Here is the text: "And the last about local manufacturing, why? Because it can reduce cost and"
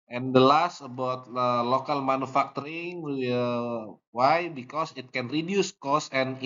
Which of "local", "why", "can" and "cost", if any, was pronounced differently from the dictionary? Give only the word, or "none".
cost